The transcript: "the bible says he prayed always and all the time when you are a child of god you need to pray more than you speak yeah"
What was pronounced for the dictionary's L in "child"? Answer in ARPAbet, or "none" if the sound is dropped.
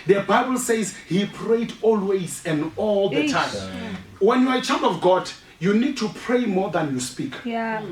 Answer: none